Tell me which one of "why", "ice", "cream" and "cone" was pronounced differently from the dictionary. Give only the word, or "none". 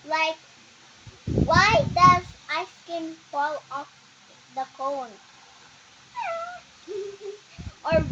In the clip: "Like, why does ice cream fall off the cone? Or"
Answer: cream